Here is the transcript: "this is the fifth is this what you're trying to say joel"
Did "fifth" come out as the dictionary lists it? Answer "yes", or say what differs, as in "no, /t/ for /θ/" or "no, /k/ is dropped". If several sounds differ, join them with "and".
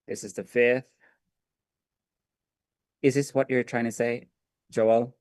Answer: yes